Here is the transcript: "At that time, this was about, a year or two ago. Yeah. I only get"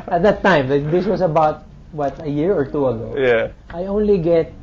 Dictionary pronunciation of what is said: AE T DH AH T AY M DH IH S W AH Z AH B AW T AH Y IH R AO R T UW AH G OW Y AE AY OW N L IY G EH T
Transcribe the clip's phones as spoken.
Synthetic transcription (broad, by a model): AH T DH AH T AY M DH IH S W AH S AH B AW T AH Y IH R AO R T UW AH G OW Y AE AY OW N L IY G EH T